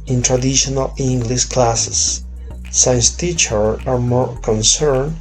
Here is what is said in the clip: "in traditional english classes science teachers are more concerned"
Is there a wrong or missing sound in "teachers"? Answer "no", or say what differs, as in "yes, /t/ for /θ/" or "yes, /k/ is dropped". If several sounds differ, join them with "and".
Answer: yes, /z/ is dropped